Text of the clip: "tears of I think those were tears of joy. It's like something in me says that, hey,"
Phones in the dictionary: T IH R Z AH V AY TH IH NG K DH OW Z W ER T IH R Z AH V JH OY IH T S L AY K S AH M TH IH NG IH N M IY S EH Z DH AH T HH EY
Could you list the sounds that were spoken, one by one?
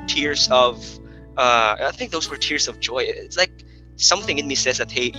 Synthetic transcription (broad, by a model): T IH R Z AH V AY TH IH NG K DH OW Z W ER T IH R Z AH V JH OY IH T S L AY K S AH M TH IH NG IH N M IY S EH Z DH AH T HH EY